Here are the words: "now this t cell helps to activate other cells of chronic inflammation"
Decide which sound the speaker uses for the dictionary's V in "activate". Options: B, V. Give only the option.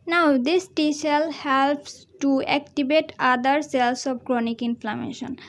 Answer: B